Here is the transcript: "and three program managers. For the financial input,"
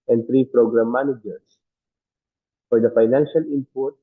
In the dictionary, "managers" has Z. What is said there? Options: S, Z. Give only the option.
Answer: S